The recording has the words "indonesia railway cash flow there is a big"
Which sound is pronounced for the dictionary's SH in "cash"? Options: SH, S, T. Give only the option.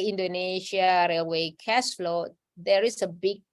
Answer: S